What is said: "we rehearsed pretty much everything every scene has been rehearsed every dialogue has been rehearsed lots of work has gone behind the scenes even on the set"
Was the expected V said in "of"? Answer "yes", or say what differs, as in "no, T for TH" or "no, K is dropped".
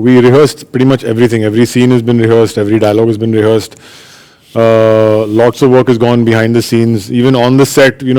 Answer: yes